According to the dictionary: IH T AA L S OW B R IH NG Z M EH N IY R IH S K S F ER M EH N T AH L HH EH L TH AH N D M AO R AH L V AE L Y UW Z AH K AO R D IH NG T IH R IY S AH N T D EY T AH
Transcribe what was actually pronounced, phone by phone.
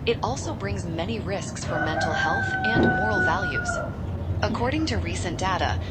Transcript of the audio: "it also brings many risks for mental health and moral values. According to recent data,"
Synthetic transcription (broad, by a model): IH T AA L S OW B R IH NG Z M EH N IY R IH S K S F ER M EH N T L HH EH L TH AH N M AO R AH L V AE L Y UW Z AH K AO R D IH NG T IH R IY S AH N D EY T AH